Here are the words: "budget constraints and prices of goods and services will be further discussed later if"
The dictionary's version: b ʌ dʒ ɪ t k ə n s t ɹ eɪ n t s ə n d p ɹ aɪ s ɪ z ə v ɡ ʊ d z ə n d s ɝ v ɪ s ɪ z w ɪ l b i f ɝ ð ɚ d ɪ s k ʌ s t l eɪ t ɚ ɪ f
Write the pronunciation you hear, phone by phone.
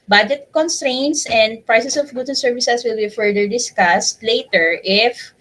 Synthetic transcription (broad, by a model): b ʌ dʒ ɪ t k ə n s t ɹ eɪ n t s ə n d p ɹ aɪ s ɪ s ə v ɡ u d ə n s ɝ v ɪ s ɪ s w ɪ l b i f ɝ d ɚ d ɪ s k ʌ s t l eɪ t ɚ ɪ f